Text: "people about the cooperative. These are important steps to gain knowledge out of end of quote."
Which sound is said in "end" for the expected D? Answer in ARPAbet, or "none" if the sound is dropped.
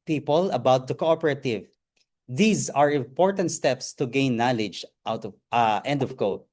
D